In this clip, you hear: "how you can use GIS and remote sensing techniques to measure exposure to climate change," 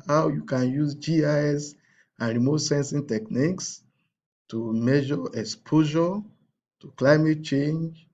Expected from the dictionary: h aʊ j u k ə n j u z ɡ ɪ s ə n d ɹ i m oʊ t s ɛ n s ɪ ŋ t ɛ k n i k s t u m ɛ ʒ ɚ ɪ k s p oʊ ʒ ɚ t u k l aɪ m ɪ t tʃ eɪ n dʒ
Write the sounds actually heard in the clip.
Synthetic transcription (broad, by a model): h aʊ j u k ə n j u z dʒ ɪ s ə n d ɹ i m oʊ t s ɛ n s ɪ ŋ t ɛ k n i k s t u m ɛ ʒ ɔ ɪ k s p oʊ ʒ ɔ t u k l aɪ m ɪ t tʃ eɪ n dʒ